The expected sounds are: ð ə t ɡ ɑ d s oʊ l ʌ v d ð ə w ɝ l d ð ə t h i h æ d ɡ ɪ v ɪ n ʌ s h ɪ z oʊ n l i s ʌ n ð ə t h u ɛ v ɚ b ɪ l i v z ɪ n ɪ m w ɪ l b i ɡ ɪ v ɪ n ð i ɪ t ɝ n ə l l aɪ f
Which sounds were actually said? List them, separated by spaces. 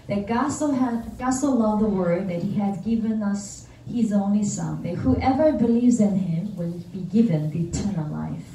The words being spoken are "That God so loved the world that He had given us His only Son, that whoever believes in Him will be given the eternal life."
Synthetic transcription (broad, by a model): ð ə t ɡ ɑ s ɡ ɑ l ʌ v ð ə w ɝ d ð ə t h i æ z ɡ ɪ v ɪ n ʌ s h ɪ z oʊ n l i s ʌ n ð ə t h u ɛ v ɚ b ɪ l i v z ɪ n ɪ m w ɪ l b i ɡ ɪ v ɪ n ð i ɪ t ɝ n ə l l aɪ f